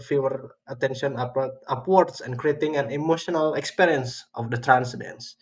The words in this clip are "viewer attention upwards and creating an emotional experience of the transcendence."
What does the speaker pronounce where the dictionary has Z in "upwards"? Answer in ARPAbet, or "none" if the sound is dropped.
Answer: S